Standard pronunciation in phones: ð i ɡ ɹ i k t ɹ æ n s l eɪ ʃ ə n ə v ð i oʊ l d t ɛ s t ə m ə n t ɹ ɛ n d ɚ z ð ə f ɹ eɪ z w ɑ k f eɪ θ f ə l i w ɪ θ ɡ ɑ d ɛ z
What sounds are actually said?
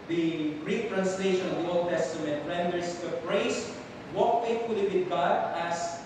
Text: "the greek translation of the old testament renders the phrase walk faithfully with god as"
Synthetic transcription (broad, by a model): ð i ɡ ɹ i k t ɹ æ n s l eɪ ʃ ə n ə v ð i oʊ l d t ɛ s t ə m ə n t ɹ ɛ n d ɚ s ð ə p ɹ eɪ s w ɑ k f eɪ t f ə l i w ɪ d ɡ ɑ d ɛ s